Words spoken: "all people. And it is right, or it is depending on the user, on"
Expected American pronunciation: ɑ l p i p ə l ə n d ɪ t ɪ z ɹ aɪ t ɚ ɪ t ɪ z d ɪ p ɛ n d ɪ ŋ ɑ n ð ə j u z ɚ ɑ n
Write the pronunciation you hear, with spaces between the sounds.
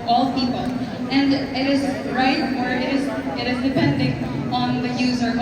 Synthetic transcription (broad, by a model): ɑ l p i p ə l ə n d ɪ t ɪ z ɹ aɪ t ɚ ɪ t ɪ z d ɪ p ɛ n d ɪ ŋ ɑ n ð ə j u z ɚ